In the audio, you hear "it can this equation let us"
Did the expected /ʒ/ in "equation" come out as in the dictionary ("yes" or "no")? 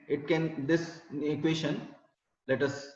no